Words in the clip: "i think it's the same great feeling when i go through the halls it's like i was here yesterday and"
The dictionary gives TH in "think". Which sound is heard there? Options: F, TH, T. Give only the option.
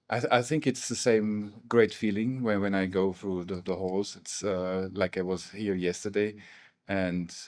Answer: TH